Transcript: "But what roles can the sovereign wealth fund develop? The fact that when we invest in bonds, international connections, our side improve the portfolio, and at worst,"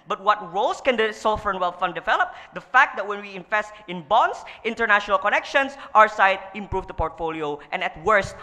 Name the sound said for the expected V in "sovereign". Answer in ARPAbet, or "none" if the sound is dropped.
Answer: F